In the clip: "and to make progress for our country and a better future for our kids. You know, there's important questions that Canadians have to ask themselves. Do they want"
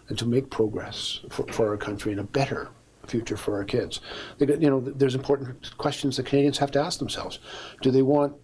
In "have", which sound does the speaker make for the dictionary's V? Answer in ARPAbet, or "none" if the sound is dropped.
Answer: F